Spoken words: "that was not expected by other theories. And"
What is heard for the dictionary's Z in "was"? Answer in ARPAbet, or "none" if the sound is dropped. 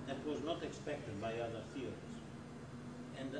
Z